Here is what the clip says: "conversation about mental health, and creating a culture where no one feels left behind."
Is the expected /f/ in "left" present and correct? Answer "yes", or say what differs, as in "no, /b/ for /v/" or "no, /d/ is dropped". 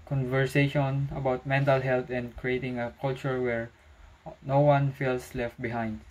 yes